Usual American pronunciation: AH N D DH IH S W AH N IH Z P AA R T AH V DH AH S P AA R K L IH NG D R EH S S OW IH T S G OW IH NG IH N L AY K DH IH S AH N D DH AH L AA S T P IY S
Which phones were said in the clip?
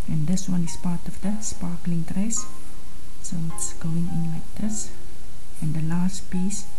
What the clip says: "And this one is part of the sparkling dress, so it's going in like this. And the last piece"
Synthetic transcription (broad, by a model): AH N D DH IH S W AH N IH S P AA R T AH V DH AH S P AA K L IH NG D R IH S S OW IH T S G OW IH NG IH N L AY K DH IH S AH N D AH L AA S T P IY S